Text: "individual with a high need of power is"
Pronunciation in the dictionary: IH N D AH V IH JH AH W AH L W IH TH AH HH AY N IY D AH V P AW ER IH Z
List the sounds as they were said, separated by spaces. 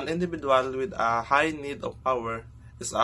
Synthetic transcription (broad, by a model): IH N D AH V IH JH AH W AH L W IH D AH HH AY N IY D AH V P AW ER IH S